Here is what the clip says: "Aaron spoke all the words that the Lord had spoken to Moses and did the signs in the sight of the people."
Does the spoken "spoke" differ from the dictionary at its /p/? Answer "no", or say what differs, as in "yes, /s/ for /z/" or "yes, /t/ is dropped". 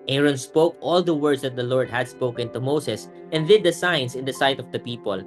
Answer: no